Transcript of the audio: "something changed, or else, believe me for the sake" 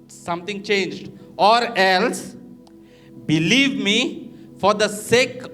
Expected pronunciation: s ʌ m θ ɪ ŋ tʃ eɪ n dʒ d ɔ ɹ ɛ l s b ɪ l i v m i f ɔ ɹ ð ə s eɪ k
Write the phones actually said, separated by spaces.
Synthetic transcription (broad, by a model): s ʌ m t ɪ ŋ tʃ eɪ n dʒ d ɔ ɹ ɛ l s b ɪ l i v m i f ɔ ɹ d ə s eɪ k